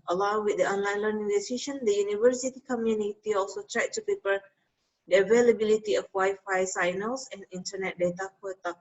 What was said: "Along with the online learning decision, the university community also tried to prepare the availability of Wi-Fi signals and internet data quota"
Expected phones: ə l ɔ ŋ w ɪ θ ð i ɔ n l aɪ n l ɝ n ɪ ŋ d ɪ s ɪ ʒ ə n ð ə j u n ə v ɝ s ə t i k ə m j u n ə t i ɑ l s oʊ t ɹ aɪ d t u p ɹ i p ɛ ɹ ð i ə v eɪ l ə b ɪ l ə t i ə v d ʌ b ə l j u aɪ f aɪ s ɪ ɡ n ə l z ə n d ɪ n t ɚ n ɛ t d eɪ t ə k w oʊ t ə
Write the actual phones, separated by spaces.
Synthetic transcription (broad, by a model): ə l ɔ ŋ w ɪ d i ɔ n l aɪ n l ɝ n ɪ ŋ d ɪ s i ʃ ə n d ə j u n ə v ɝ s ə t i k ə m j u n ə t i ɑ l s oʊ t ɹ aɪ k t u p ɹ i p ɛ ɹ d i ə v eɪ l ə b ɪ l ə t i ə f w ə j f aɪ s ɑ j n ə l s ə n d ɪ n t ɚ n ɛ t d eɪ t ə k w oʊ t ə